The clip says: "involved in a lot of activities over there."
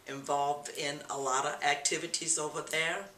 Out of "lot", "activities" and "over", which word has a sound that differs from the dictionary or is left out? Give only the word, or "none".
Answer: none